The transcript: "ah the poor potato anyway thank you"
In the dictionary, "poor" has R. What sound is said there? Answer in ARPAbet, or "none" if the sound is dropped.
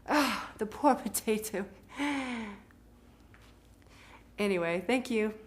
R